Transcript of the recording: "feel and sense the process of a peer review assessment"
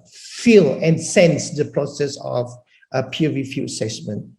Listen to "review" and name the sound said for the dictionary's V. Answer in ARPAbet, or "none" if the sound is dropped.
F